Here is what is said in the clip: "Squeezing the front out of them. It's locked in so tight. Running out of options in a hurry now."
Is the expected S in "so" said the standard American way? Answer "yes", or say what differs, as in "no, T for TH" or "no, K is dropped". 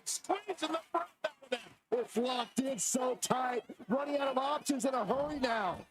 yes